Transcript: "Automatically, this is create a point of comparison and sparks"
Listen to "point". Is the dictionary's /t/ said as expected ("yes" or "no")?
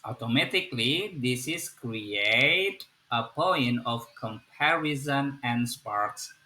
no